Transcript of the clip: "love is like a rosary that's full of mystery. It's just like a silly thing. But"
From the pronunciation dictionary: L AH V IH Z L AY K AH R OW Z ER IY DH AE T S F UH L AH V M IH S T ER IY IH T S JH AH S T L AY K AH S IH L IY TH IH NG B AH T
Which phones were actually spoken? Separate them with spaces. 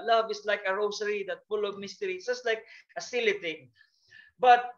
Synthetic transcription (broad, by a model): L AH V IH S L AY K AH R OW S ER IY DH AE T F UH L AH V M IH S T ER IY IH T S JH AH S T L AY K AH S IH L IY T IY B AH T